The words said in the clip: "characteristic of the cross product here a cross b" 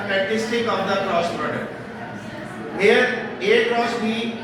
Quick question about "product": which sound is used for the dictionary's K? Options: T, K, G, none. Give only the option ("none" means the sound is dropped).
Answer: none